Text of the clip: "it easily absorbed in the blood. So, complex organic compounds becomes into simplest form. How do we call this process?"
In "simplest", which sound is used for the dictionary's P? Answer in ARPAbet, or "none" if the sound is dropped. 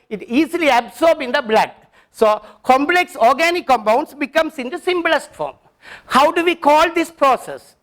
B